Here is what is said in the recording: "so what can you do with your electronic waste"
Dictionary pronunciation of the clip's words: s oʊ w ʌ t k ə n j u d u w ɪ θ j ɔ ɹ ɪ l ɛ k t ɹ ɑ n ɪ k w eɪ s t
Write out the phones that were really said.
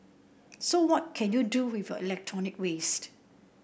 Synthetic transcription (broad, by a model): s oʊ w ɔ t k ə n j u d u w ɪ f j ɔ ɪ l ɛ k t ɹ ɑ n ɪ k w eɪ s t